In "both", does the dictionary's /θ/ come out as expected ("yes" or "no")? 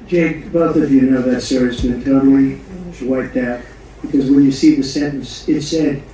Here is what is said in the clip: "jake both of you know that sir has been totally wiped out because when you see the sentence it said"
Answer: yes